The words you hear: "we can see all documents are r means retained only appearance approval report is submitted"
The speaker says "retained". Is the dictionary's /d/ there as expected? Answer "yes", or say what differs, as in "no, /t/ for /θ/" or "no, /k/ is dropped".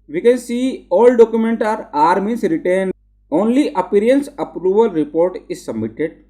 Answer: no, /d/ is dropped